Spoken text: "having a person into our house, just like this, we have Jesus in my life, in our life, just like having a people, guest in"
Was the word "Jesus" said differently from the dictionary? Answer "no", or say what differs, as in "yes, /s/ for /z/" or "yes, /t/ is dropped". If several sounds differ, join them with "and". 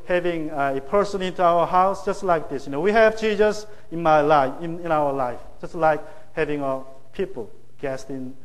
yes, /tʃ/ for /dʒ/